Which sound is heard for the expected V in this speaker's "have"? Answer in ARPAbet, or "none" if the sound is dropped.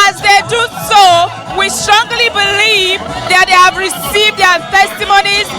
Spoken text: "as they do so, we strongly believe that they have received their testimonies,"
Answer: V